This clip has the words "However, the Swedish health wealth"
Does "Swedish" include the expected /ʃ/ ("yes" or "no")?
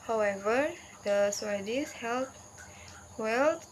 no